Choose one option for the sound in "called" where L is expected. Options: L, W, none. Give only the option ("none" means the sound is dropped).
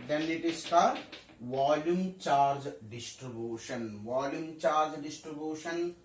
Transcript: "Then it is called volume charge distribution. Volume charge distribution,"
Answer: none